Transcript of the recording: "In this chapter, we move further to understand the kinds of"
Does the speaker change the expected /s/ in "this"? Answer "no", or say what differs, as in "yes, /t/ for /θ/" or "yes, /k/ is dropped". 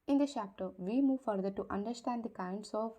yes, /s/ is dropped